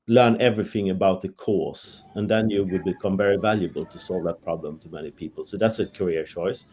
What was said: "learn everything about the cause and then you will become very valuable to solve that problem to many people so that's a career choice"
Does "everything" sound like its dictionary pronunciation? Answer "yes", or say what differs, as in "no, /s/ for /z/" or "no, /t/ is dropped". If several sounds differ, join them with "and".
yes